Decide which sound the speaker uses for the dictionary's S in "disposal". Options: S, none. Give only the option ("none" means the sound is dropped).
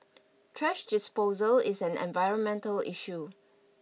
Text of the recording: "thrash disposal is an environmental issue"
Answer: S